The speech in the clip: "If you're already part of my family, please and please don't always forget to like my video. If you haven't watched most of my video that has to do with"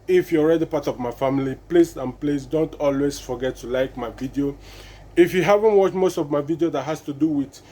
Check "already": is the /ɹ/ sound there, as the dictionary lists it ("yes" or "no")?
yes